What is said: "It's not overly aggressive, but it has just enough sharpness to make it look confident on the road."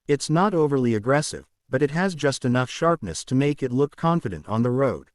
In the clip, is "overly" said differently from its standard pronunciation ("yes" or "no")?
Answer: no